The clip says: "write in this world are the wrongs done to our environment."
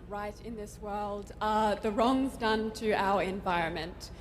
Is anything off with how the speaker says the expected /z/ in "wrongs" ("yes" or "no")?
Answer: no